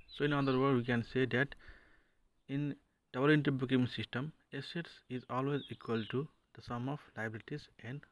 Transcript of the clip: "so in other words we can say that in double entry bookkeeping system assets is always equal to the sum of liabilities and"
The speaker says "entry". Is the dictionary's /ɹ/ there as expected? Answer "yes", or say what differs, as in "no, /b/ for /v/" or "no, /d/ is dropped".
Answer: no, /ɹ/ is dropped